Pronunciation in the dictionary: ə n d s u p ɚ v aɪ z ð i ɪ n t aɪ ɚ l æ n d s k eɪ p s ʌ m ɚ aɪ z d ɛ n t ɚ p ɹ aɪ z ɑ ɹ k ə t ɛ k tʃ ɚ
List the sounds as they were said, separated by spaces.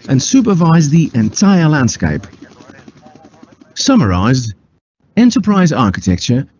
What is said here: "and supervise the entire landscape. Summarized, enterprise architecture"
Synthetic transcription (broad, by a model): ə n s u p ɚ v aɪ z ð i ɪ n t aɪ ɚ l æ n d s k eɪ p s ʌ m ɚ aɪ z d ɛ n t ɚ p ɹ aɪ z ɑ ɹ k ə t ɛ k tʃ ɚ